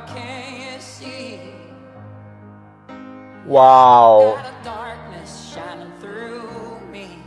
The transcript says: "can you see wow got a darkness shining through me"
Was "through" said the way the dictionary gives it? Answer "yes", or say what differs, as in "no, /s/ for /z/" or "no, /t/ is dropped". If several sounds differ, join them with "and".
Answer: yes